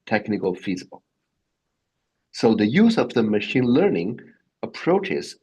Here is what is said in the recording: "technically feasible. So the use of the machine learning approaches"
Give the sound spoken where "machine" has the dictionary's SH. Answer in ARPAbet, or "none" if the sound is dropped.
SH